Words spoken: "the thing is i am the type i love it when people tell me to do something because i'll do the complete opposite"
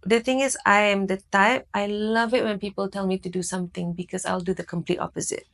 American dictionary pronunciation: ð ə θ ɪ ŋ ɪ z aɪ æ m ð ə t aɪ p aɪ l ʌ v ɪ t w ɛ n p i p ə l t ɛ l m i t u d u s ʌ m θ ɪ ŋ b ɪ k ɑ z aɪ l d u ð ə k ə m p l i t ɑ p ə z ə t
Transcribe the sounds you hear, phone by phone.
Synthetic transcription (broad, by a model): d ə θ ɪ ŋ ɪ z aɪ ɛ m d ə t aɪ p aɪ l ʌ v ɪ t w ɛ n p i p ə l t ɛ l m i t u d u s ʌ m t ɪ ŋ b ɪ k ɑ s aɪ l d u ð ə k ə m p l i t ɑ p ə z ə t